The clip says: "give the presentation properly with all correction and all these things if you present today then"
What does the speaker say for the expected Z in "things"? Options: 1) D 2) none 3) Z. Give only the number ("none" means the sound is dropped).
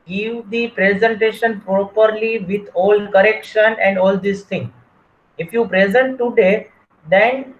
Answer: 2